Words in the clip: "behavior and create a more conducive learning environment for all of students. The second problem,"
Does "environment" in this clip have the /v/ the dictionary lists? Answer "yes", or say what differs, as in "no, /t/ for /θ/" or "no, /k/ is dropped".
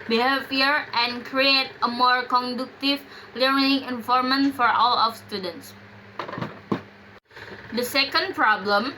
no, /f/ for /v/